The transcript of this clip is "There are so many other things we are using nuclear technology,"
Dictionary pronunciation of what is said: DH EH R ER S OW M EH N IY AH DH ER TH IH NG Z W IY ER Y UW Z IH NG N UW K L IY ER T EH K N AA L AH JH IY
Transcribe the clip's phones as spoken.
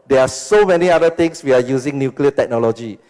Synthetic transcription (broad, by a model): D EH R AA S OW M EH N IY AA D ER T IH NG S W IY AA Y UW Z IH NG N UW K L IY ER T EH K N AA L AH JH IY